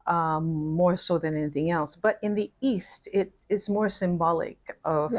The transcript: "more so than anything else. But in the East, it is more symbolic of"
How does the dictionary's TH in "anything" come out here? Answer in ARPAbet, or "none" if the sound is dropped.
TH